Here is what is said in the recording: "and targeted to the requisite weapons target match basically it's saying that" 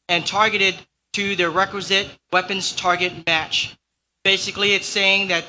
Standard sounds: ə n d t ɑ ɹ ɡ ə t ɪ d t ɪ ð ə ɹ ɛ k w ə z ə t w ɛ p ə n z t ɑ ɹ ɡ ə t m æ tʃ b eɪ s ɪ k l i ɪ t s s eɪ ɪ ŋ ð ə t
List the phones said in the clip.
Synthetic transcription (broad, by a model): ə n t ɑ ɹ ɡ ə t ɪ d t ɪ ð ə ɹ ɛ k w ə z ə t w ɛ p ə n z t ɑ ɹ ɡ ə t m æ tʃ b eɪ s ɪ k l i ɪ t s s eɪ ɪ ŋ ð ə t